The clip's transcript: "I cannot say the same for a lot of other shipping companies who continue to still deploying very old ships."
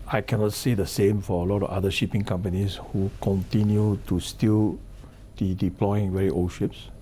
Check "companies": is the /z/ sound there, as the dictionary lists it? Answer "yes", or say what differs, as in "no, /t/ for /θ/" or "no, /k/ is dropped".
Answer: no, /s/ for /z/